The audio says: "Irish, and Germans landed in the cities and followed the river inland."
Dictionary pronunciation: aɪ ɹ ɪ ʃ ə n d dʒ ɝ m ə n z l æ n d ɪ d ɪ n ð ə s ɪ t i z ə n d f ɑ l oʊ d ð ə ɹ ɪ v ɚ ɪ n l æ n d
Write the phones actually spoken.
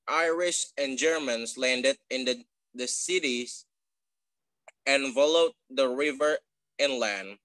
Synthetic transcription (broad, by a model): aɪ ɹ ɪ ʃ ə n dʒ ɝ m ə n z l æ n d ɪ d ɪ n ð ə s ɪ t i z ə n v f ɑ l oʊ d ð ə ɹ ɪ v ɚ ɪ n l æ n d